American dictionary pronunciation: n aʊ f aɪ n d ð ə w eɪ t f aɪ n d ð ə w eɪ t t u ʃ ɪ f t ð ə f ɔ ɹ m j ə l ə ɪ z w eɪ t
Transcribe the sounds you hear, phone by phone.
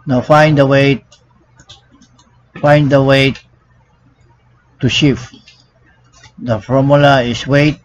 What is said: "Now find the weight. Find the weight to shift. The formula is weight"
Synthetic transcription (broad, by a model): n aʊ f aɪ n d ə w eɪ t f aɪ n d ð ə w eɪ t t u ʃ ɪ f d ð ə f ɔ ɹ m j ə l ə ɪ s w eɪ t